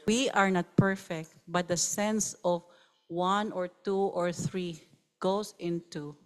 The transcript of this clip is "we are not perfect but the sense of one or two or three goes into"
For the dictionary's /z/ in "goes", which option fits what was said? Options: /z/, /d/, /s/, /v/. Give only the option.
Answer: /s/